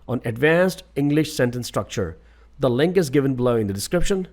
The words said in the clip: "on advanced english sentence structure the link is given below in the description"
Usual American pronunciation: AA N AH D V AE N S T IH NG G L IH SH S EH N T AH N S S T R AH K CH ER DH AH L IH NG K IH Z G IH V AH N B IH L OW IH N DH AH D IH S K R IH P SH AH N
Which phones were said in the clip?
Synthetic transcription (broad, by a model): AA N AH D V AE N S T IH NG G L IH SH S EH N T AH N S S T R AH K CH ER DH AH L IH NG K IH Z G IH V AH N B L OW IH N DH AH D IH S K R IH P SH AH N